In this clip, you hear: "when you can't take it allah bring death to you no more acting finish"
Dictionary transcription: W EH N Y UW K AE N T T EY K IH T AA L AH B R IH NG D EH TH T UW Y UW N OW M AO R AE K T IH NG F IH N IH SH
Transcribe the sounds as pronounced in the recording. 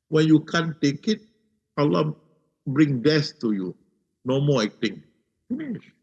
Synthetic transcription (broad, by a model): W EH N Y UW K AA N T T EY K IH T AA L AH B R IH NG D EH S T UW Y UW N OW M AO L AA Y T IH NG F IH N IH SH